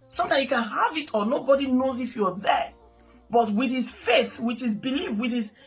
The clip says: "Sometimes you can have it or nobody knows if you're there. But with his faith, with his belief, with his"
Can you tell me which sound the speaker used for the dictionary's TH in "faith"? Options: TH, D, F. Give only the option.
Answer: TH